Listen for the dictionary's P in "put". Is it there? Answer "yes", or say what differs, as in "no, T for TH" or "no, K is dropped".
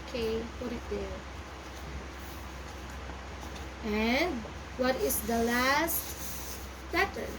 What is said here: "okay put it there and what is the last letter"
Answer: no, F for P